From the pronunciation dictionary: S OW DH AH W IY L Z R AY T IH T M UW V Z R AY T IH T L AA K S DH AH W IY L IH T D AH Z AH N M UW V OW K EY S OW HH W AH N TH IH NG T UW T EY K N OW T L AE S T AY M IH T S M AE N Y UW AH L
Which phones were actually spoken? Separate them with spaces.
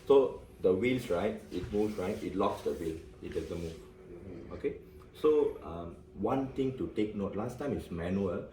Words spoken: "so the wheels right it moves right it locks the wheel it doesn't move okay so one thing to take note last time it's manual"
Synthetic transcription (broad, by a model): S OW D AH W IY L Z R AY T IH T M UW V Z R AY T IH T L AA K S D AH W IY L IH T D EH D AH M UW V OW K EY S OW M W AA N T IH NG T UW T EY K N OW T L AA S T AY M IH T S M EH N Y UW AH